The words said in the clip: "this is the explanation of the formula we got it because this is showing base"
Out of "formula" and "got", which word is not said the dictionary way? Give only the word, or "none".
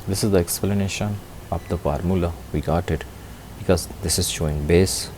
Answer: none